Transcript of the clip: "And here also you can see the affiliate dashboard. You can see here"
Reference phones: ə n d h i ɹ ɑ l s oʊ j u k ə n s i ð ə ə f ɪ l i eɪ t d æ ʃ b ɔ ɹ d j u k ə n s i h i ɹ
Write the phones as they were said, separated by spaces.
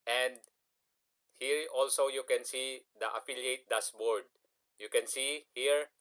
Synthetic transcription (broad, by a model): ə n d h i ɹ ɑ l s oʊ j u k ə n s i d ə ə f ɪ l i eɪ t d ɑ s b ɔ ɹ d j u k ə n s i h i ɹ